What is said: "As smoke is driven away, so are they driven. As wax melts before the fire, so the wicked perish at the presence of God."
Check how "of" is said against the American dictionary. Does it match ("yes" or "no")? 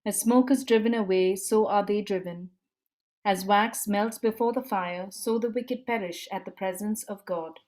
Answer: yes